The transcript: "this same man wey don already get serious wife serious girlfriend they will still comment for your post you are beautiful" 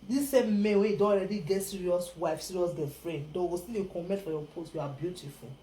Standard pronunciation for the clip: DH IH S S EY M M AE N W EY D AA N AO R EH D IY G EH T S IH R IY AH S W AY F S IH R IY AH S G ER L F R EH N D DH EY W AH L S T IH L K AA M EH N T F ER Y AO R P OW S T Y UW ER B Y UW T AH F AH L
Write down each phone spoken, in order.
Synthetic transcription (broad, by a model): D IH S S EY M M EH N W EY D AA AO R EH D IY G EH T S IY R IY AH S W AY F S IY R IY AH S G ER F R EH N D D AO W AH S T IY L K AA M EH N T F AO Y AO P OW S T Y UW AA B Y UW T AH F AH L